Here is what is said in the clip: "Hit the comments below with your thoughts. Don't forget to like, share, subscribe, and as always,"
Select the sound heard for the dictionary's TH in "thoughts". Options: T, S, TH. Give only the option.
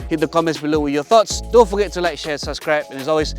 TH